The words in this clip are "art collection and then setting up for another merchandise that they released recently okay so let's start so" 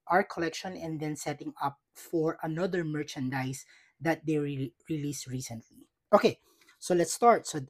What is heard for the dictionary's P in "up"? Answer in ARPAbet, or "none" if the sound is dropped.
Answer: P